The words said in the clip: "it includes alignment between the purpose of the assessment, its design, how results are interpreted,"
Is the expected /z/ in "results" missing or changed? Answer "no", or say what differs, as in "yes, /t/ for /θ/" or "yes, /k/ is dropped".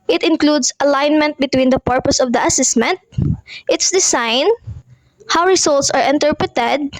yes, /s/ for /z/